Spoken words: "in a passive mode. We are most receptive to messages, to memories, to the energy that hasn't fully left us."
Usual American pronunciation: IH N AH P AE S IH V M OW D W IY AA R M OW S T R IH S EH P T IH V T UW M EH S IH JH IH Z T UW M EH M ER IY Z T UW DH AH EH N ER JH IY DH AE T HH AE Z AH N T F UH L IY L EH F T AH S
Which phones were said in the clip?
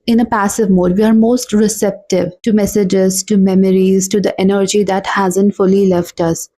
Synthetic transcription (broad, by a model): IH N AH P AE S IH V M OW D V IY AA R M OW S T R IH S EH P T IH V T UW M EH S IH JH IH Z T UW M EH M ER IY Z T UW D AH EH N ER JH IY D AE T HH AE Z AH N T F UH L IY L EH F T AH S